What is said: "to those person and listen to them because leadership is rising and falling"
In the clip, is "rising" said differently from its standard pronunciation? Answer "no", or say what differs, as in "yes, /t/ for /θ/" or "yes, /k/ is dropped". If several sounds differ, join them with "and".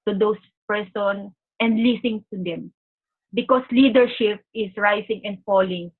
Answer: yes, /s/ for /z/